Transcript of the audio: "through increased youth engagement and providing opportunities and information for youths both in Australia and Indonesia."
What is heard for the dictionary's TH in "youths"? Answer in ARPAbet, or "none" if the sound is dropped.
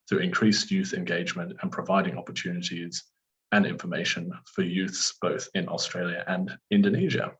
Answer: TH